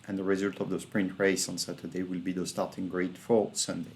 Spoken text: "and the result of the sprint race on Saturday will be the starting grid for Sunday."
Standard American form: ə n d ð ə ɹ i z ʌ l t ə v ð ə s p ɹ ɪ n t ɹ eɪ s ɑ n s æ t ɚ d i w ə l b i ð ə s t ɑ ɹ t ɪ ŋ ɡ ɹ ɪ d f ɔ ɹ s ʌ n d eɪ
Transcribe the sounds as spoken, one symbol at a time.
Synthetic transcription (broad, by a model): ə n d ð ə ɹ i z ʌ l t ə v ð ə s p ɹ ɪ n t ɹ eɪ s ɑ n s æ t ɚ d i w ə l b i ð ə s t ɑ ɹ t ɪ ŋ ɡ ɹ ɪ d f ɔ ɹ s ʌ n d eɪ